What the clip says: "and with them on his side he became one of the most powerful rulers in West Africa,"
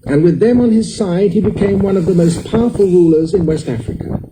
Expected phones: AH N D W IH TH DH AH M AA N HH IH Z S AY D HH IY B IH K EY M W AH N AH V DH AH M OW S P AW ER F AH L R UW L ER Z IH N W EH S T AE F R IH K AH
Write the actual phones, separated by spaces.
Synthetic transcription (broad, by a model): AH N W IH DH AH M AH N IH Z S AY D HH IY B IH K EY M W AH N AH V DH AH M OW S P AW ER F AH L R UW L ER Z IH N W EH S T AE F R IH K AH